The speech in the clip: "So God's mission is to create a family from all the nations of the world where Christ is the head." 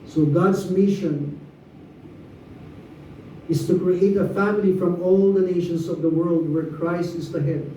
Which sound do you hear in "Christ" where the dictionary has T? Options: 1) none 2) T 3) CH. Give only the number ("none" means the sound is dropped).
2